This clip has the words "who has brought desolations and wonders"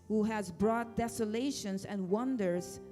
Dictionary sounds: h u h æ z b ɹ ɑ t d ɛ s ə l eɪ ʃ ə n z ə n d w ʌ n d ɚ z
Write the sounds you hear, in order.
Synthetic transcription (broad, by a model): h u h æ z b ɹ ɑ t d ɛ s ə l eɪ ʃ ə n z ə n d w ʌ n d ɚ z